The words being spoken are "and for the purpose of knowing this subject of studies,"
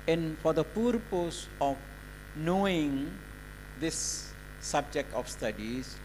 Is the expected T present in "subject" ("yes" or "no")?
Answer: yes